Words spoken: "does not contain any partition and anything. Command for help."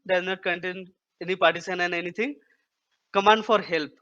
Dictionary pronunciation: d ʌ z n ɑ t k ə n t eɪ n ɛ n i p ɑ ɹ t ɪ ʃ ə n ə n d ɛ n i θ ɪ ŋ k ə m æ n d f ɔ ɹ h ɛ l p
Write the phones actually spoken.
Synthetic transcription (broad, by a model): d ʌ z n ɑ t k ə n t eɪ n ɛ n i p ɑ ɹ t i s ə n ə n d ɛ n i t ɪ ŋ k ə m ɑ n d f ɔ ɹ h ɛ l p